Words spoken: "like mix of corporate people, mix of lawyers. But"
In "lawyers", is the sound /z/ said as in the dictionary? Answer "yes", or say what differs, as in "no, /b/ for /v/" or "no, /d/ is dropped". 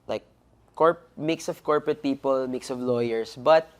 no, /s/ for /z/